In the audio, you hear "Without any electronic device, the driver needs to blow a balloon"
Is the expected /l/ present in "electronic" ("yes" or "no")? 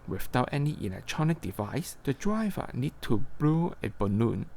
no